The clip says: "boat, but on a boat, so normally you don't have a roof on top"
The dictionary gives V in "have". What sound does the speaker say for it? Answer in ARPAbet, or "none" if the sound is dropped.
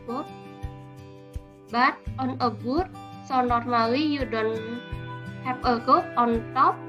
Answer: P